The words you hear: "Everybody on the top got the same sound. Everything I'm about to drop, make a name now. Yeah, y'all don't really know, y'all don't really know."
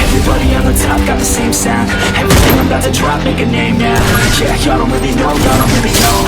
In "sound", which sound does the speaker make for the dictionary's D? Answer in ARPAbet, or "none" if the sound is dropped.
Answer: none